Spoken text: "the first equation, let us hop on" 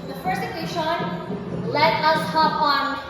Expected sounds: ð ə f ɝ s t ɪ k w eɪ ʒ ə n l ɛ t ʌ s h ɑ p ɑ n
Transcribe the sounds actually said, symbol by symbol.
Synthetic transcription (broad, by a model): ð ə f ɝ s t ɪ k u ʃ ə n l ɛ t ʌ s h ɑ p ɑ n